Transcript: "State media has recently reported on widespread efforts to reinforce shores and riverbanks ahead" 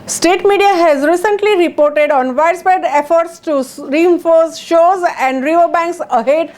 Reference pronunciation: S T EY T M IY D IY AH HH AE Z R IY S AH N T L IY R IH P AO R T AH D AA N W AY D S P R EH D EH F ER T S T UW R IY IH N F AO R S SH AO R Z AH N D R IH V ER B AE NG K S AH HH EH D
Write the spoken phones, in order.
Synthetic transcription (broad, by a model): S T EY T M IY D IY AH HH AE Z R IY S AH N T L IY R IH P AO R T AH D AA N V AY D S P EH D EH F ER T S T UW R IY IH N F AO R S SH AO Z AH N D R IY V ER B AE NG K S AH HH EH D